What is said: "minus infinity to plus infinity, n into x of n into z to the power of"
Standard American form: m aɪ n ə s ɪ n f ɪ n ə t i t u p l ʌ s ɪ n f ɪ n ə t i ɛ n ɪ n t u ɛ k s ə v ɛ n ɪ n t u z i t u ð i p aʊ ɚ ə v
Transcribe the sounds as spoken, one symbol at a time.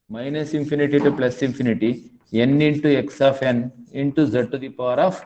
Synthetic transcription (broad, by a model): m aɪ n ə s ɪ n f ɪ n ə t i t u p l ʌ s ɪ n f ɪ n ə t i ɛ n ɪ n t u ɛ k s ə f ɛ n ɪ n t u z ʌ t u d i p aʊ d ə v